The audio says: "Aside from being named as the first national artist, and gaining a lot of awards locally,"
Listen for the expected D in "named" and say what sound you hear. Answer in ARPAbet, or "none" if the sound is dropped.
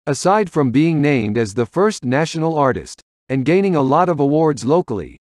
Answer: D